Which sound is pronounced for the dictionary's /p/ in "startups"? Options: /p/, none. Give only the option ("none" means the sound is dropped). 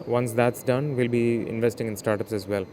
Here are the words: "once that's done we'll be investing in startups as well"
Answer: /p/